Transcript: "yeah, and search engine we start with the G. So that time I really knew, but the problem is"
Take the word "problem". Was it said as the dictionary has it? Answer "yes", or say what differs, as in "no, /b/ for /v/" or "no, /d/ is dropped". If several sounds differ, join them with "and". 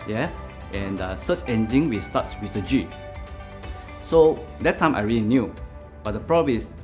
no, /l/ is dropped